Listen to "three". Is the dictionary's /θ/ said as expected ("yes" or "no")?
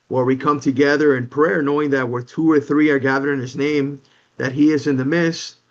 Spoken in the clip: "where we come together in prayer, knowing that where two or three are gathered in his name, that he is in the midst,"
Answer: yes